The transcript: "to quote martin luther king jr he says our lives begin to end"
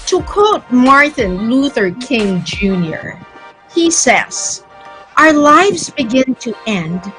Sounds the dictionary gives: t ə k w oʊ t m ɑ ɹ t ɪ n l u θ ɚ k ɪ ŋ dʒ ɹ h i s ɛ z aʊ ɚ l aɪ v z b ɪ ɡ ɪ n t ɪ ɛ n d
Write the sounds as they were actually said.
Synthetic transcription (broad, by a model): t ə k w oʊ t m ɑ ɹ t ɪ n l u θ ɚ k ɪ ŋ dʒ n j i s ɛ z aʊ ɚ l aɪ v z b ɪ ɡ ɪ n t ɪ ɛ n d